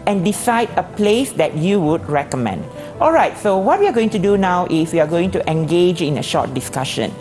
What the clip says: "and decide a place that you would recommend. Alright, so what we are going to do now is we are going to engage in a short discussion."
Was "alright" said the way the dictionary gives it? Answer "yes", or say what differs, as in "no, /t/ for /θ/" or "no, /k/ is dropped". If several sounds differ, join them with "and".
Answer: yes